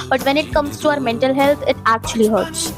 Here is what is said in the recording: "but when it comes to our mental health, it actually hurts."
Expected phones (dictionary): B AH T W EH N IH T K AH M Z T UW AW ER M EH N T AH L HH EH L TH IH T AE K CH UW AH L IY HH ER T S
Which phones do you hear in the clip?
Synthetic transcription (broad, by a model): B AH T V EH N IH T K AH M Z T UW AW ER M EH N T AH L HH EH L T IH T AE K CH UW AH L IY HH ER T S